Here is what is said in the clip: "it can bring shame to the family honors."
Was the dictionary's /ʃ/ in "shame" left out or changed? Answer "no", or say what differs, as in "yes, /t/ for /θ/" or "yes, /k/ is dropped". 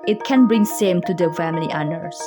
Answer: yes, /s/ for /ʃ/